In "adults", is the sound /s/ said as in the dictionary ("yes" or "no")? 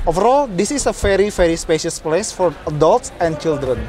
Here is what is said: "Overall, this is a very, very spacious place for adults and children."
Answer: yes